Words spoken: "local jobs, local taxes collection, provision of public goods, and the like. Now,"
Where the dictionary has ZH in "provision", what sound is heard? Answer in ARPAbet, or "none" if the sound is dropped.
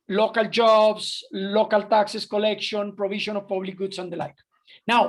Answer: SH